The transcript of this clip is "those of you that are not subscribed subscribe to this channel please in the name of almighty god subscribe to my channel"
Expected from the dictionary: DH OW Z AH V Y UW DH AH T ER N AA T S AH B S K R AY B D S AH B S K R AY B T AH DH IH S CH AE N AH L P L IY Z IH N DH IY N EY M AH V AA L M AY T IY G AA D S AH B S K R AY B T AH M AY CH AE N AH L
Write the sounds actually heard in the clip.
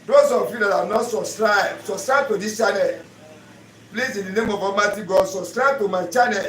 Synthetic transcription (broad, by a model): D OW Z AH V Y UW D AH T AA N AA T S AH S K R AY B S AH S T R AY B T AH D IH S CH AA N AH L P L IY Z IH N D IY N EY M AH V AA M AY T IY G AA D S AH S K R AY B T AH M AY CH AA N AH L